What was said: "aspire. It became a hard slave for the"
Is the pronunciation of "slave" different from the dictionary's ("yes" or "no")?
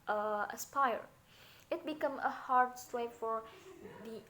yes